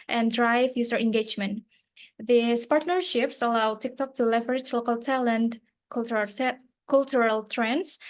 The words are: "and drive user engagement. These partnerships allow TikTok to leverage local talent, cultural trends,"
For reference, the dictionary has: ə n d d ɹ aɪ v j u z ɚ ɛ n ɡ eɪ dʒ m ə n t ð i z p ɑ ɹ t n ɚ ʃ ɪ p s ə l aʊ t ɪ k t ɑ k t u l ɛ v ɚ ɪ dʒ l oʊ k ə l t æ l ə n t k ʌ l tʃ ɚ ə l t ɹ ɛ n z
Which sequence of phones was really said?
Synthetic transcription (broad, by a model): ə n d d ɹ aɪ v j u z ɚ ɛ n ɡ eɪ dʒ m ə n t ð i s p ɑ ɹ t n ɚ ʃ ɪ p s ə l aʊ t ɪ k t ɑ k t u l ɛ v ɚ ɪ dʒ l oʊ k ə l t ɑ l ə n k k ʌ l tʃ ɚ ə l t ɹ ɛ n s